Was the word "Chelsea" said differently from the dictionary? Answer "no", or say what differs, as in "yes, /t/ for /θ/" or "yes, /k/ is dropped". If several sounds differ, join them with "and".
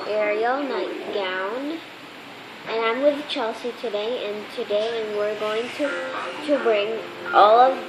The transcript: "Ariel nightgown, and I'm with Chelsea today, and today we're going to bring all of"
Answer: no